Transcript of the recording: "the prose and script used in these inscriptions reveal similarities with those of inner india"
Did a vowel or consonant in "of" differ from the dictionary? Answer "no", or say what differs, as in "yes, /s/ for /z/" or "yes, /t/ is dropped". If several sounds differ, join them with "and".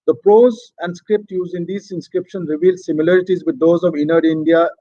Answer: no